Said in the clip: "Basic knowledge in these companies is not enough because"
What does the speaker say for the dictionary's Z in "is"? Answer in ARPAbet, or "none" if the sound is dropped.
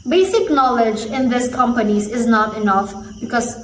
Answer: Z